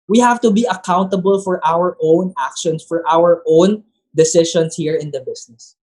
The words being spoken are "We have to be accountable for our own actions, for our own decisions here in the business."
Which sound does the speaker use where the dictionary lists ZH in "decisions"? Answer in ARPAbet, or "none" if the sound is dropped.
SH